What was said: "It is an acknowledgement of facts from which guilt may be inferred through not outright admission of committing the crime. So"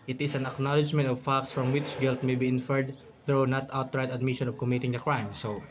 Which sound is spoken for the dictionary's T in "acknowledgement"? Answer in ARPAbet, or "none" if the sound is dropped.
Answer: T